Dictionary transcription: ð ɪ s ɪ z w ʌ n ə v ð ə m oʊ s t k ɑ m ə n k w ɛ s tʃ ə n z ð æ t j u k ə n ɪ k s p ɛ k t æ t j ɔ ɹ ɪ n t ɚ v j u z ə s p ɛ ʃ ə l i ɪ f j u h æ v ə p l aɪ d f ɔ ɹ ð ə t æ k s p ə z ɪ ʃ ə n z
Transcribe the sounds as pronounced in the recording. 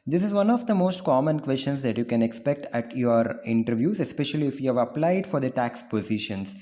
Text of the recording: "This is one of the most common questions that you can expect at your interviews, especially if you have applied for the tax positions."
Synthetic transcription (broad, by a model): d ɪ s ɪ z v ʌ n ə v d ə m oʊ s t k ɑ m ə n k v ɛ s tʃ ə n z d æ t j u k ə n ɪ k s p ɛ k t æ t j ɔ ɹ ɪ n t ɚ v j u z ə s p ɛ ʃ ə l i ɪ f j u h æ v ə p l aɪ d f ɔ ɹ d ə t æ k s p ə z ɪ ʃ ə n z